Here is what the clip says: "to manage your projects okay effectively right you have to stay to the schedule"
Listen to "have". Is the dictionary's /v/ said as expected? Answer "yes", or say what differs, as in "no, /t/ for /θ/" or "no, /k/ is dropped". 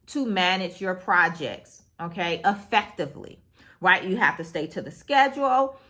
no, /f/ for /v/